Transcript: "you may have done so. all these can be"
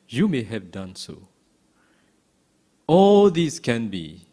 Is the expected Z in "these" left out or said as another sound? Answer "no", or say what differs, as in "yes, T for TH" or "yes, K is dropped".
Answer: yes, S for Z